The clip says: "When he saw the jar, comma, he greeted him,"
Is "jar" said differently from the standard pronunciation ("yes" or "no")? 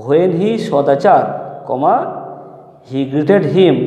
yes